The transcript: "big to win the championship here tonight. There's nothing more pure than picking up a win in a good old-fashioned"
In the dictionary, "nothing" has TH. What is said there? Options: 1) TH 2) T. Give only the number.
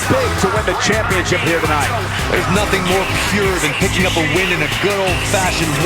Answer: 1